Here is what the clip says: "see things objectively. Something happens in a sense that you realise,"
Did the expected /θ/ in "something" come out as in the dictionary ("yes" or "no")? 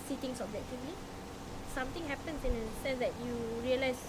no